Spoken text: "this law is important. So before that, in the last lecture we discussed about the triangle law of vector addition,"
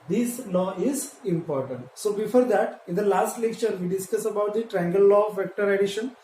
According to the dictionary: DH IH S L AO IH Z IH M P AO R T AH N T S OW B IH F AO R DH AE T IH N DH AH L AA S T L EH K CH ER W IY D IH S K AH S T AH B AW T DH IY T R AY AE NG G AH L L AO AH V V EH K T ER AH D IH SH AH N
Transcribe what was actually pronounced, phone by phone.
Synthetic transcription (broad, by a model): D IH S L AO IH Z IH M P AO R T AH N T S OW B IH F AO R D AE T IH N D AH L AA S T L EH K CH ER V IY D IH S K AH S AH B AW T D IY T R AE NG G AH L L AO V V EH K T ER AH D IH SH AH N